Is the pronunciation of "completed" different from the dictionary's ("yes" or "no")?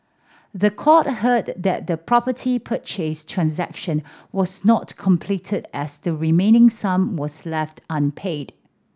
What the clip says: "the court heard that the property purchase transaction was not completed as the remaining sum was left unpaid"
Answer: no